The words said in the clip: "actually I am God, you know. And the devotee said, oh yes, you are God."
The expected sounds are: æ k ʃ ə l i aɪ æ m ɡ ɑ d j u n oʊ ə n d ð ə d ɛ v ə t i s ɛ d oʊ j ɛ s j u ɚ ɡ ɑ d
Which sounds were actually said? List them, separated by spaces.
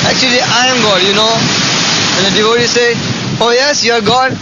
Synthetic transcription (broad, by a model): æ k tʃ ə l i aɪ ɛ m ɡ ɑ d j u n oʊ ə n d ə d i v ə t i s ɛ oʊ j ɛ s j u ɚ ɡ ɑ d